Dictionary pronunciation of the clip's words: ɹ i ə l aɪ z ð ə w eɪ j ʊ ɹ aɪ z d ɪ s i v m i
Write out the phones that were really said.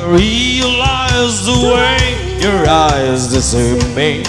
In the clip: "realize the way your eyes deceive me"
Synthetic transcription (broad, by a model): ɹ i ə l aɪ z ð ə w eɪ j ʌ ɹ aɪ z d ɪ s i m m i